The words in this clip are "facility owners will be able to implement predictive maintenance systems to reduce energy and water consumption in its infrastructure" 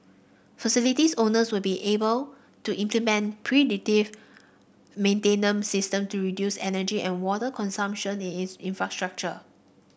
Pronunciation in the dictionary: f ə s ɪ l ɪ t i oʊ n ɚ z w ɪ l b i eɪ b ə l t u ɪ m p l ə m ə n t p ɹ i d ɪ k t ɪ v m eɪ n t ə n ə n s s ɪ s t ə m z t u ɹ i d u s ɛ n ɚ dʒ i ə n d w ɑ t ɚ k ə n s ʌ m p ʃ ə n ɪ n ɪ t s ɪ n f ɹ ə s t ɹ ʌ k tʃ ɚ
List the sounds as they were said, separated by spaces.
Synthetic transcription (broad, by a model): f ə s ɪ l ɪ t i oʊ n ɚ s w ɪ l b i eɪ b ə l t u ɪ m p l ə m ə n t p ɹ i d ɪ t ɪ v m eɪ n t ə n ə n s s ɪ s t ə m t u ɹ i d u s ɛ n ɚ dʒ i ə n w ɑ t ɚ k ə n s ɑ m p ʃ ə n ɪ n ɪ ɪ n f ɹ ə s t ɹ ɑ k tʃ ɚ